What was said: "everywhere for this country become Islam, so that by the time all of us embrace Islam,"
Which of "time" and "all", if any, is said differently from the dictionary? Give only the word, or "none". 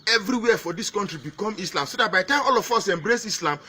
time